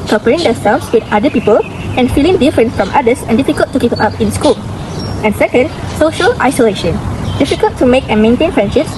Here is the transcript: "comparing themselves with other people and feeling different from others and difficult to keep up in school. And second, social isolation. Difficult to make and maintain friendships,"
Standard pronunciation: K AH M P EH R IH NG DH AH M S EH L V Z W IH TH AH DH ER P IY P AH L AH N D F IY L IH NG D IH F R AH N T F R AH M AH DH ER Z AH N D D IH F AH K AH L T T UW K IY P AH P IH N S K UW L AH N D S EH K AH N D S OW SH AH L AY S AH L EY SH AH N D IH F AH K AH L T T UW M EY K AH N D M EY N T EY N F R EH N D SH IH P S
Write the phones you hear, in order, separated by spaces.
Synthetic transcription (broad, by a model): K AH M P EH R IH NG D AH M S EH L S W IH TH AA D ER P IY P AH L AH N F IY L IH NG D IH F R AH N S F R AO M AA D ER S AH N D D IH F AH K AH L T T UW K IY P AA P IH N S K UW L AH N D S EH K AH N D S OW SH AH L AY S AH L EY SH AH N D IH F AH K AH L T T UW M EY K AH N M EY N T EY N F R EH N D SH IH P S